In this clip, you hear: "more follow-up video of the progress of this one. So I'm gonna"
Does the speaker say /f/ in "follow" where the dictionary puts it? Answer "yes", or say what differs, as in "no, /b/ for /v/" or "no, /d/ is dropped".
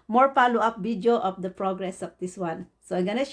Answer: no, /p/ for /f/